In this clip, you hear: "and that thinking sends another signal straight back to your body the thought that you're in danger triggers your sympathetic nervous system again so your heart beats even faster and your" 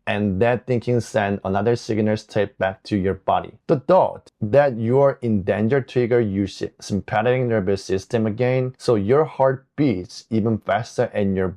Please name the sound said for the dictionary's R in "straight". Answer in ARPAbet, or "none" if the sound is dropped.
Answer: none